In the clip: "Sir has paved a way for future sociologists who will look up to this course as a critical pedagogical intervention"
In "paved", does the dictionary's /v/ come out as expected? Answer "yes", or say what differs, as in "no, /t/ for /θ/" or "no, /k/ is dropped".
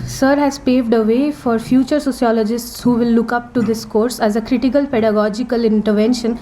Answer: yes